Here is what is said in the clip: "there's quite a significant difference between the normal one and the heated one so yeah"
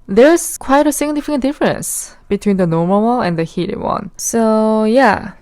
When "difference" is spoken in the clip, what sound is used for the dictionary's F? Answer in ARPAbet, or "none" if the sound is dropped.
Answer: F